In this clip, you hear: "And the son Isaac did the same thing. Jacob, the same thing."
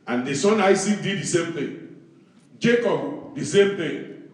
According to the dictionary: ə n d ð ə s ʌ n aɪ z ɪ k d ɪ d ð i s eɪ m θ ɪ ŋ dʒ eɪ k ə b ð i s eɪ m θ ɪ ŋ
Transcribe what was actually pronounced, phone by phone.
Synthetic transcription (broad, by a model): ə n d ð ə s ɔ n aɪ s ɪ d ɪ d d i s eɪ m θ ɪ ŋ dʒ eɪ k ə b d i s eɪ m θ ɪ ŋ